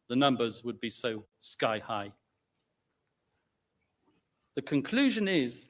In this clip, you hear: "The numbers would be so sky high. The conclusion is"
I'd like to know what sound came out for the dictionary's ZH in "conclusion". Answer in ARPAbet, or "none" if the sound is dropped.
ZH